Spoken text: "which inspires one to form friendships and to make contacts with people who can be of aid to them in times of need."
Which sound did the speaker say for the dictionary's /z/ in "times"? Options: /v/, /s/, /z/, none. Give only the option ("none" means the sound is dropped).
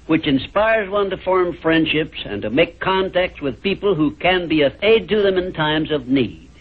/z/